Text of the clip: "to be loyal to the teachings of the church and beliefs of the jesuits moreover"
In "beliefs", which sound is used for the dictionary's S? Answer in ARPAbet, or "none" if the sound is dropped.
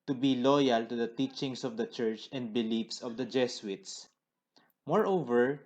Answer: S